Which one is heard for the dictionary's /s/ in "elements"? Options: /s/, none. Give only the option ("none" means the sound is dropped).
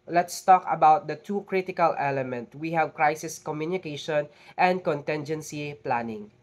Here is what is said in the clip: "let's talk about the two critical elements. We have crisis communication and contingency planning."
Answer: none